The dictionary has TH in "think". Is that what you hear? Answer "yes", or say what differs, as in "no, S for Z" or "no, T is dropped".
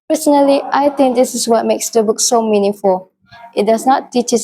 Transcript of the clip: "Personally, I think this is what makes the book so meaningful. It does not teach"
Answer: no, T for TH